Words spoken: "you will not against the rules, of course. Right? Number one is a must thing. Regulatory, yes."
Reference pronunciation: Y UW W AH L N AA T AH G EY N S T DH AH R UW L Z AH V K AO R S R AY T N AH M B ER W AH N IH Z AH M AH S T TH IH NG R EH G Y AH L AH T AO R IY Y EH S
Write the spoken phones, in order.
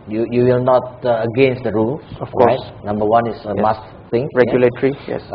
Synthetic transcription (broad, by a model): Y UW W AH L N AA T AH G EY N S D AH R UW L AH F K AO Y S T N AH M B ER W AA N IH S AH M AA S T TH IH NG R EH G Y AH L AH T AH R IY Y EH S